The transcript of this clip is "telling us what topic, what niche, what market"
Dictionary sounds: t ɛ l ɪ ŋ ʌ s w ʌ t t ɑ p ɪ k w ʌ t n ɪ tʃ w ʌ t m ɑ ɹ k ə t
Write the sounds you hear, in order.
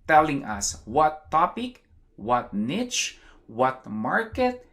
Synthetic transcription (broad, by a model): t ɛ l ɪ ŋ ʌ s w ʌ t t ɑ p ɪ k w ʌ t n ɪ tʃ w ʌ t m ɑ ɹ k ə t